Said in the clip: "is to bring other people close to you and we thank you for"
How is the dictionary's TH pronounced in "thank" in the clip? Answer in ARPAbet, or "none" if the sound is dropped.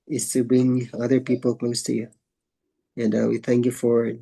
TH